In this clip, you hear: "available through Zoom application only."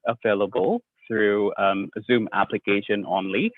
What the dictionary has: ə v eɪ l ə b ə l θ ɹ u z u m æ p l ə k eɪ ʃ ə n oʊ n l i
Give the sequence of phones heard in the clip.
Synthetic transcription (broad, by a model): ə v eɪ l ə b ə l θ ɹ u z u m æ p l ə k eɪ ʃ ə n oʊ n l i